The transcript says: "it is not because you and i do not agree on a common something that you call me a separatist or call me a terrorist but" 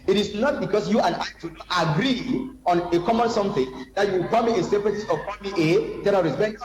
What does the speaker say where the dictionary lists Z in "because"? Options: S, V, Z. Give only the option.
S